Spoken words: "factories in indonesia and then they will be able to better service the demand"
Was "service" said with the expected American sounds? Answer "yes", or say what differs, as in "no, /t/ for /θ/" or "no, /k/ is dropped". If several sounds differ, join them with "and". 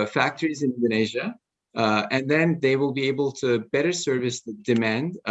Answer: yes